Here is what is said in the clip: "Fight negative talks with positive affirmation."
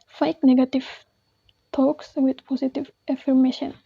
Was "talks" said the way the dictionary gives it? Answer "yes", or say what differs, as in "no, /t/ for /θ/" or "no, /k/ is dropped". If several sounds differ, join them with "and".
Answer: yes